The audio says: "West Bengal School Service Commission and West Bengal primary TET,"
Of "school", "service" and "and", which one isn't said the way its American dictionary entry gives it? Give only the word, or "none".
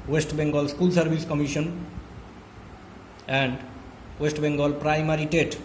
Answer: service